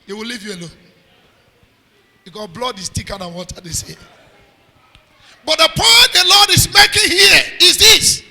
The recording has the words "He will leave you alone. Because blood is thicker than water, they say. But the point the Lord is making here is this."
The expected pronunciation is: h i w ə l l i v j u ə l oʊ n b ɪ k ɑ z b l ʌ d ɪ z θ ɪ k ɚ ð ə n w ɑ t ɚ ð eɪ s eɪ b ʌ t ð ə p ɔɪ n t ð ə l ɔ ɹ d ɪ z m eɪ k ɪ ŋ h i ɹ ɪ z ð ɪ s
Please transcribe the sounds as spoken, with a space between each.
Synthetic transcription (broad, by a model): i w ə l l i v j u ə l oʊ n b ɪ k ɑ b l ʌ d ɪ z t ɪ k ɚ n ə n w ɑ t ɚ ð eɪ s eɪ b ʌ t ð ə p ɔɪ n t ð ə l ɔ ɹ d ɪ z m eɪ k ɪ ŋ h i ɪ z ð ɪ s